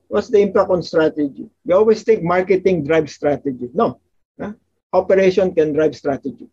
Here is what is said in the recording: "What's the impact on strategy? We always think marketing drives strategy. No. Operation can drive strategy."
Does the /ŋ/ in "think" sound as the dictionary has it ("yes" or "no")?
no